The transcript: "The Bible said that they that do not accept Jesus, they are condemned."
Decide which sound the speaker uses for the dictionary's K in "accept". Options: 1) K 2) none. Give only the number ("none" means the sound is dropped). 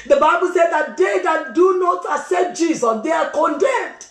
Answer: 2